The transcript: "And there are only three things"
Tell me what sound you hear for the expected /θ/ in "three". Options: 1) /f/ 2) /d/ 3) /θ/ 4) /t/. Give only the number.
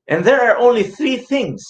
3